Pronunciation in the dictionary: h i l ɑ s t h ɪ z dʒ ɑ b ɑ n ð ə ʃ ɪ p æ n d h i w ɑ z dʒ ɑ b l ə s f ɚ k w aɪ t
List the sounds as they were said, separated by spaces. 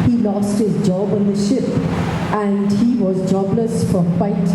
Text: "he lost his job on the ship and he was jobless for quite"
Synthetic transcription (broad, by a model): h i l ɑ s t h ɪ z dʒ ɑ b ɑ n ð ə ʃ ɪ p æ n d h i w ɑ z dʒ ɑ b l ə s f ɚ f aɪ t